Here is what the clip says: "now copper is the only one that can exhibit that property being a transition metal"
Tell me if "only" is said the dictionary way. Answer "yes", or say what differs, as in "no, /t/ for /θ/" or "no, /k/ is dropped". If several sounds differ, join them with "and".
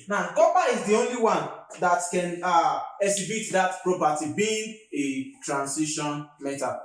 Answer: yes